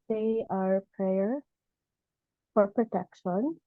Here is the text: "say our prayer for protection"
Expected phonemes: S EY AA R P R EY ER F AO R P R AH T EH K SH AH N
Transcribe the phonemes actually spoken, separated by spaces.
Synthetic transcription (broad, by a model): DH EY AA R P R EY ER F AO R P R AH T EH K SH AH N